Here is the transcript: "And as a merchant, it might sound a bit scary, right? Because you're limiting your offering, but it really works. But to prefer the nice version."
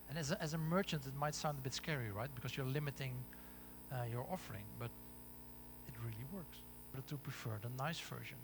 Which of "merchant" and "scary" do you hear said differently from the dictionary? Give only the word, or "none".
none